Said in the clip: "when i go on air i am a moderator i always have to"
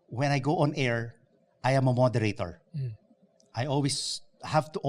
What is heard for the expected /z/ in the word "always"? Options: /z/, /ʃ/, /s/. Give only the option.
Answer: /s/